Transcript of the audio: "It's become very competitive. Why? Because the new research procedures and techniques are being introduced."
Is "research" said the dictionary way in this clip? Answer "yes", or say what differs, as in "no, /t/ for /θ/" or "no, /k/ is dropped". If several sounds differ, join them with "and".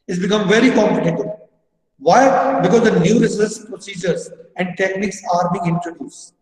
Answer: no, /s/ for /tʃ/